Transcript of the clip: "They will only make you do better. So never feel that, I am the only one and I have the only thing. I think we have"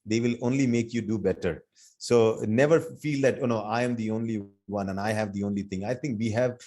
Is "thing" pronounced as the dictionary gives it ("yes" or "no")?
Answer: no